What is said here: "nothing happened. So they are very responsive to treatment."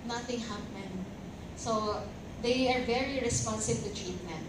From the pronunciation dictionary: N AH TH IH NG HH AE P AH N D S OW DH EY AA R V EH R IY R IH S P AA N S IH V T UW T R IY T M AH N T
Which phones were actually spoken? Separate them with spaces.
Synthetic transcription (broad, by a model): N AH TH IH NG HH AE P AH N D S OW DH EY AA R V EH R IY R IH S P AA N S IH B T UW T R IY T M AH N